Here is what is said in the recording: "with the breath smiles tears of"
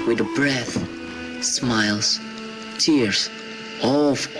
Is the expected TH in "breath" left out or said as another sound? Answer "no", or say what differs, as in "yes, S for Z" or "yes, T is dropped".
no